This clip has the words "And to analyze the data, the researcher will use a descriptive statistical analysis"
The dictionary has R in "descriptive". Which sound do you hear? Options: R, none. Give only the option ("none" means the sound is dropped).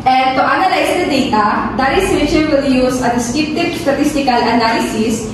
none